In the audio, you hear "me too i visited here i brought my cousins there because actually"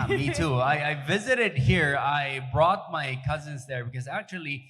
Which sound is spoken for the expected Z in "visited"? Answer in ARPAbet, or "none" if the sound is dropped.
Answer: Z